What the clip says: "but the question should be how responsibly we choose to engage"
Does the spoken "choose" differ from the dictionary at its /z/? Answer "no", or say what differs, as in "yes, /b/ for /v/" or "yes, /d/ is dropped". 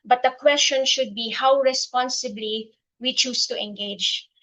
yes, /s/ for /z/